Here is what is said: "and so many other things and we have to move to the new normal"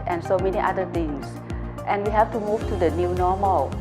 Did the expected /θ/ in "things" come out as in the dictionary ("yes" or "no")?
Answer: no